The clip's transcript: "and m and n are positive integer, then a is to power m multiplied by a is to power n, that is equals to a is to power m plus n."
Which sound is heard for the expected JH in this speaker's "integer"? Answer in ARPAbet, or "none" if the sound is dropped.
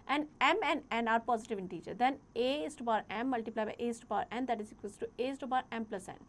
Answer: CH